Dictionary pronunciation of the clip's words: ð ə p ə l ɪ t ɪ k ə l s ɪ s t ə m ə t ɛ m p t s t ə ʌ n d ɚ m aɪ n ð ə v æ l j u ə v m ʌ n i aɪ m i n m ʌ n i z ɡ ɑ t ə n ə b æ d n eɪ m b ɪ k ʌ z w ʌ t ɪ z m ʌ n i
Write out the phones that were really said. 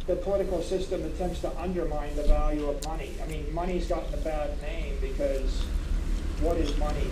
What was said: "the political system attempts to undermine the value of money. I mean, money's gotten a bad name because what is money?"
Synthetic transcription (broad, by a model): ð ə p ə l ɪ t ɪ k l s ɪ s t ə m ə t ɛ m p t s t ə ʌ n d ɚ m aɪ n ð ə v æ l j u ə v m ʌ n i aɪ m i n m ʌ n i z ɡ ɑ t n ə b æ d n eɪ m b ɪ k ʌ z w ʌ t ɪ z m ʌ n i